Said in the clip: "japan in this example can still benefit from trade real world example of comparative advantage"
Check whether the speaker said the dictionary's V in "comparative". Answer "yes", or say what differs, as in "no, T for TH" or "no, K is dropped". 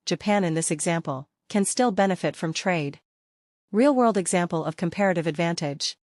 yes